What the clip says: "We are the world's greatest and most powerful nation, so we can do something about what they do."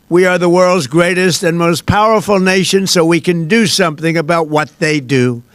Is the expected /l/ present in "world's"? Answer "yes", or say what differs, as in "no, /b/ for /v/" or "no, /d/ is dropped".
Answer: yes